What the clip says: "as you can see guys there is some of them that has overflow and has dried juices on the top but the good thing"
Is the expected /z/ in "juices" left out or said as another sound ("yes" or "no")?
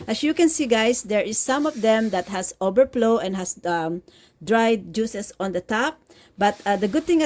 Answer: yes